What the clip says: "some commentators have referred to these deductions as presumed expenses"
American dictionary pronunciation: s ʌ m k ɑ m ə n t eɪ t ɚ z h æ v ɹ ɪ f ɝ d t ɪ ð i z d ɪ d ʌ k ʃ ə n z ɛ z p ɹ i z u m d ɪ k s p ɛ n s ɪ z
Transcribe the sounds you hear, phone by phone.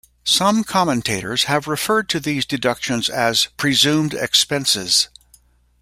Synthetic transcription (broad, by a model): s ʌ m k ɑ m ə n t eɪ t ɚ z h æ v ɹ ɪ f ɝ d t ɪ ð i z d ɪ d ʌ k ʃ ə n z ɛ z p ɹ i z u m d ɪ k s p ɛ n s ɪ z